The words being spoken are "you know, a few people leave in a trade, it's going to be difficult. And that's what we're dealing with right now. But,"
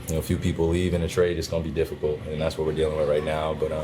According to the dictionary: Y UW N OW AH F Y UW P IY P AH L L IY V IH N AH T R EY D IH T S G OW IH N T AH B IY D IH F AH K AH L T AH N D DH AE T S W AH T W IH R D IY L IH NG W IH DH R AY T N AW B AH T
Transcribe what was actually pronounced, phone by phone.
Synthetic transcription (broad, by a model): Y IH N OW AH F Y UW P IY P L L IY V IH N AH T R EY D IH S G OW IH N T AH B IY D IH F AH K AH L T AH N DH AE T S W AH T W IH R D IY L IH NG W IH DH R AY T N AW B AH T